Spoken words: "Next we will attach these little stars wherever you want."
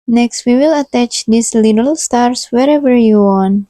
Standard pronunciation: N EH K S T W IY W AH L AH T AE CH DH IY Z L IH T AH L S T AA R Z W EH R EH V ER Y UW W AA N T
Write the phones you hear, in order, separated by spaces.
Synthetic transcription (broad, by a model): N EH K S T W IY W AH L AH T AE CH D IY S L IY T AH L S T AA R S W EH R EH V ER Y UW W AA N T